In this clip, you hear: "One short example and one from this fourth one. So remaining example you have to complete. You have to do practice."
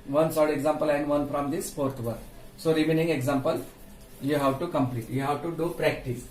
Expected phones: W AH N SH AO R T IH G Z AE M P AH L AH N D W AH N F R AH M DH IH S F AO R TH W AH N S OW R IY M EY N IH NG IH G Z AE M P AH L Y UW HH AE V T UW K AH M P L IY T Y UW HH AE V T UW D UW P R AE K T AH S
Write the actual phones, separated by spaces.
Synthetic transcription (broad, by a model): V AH N S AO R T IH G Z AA M P AH L AH N D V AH N F R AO M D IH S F AO R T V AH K S OW R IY M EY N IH NG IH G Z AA M P AH L Y UW HH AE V T UW K AH M P L IY T Y UW HH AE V T UW D UW P R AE K T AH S